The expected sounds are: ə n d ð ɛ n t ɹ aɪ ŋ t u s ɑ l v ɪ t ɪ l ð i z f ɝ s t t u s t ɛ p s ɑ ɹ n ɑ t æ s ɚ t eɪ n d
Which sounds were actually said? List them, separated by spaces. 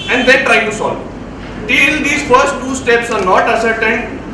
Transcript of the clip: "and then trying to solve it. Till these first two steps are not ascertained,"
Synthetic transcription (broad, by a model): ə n d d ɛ t ɹ aɪ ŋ t u s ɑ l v t ɪ l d i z f ɝ s t t u s t ɛ p s ɑ ɹ n ɑ t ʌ s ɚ t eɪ n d